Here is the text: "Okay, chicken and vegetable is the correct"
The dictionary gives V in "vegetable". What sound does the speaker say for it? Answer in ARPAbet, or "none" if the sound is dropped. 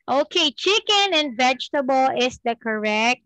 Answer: V